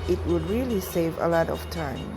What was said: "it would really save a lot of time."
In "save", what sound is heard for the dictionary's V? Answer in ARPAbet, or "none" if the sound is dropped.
V